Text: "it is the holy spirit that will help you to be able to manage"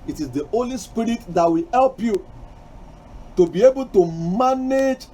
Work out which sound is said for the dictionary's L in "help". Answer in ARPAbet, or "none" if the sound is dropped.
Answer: L